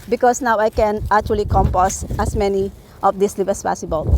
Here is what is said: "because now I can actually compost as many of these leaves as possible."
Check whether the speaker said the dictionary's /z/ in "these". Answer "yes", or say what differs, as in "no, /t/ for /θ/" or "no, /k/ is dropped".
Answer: no, /s/ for /z/